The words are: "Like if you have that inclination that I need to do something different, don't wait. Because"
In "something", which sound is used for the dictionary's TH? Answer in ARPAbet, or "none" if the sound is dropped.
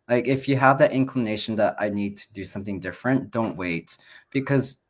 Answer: TH